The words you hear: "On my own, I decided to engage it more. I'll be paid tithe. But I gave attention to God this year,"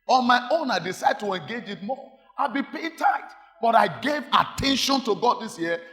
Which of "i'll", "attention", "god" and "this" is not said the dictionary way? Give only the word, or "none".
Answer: none